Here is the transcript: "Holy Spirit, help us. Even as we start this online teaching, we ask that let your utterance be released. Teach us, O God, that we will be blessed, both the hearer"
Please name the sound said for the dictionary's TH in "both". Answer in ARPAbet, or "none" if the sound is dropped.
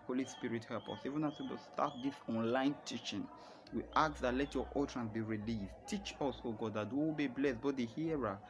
T